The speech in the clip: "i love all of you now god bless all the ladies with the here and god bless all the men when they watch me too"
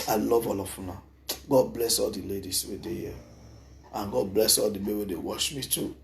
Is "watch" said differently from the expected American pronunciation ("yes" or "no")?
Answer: yes